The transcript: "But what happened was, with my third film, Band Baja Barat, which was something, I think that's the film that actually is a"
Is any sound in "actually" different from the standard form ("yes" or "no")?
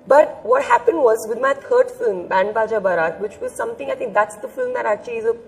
yes